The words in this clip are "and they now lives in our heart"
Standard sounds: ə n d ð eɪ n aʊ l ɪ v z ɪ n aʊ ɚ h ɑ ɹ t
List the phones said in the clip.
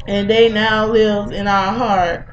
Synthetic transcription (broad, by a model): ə n ð eɪ n aʊ l ɪ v ɪ n aʊ ɚ h ɑ ɹ t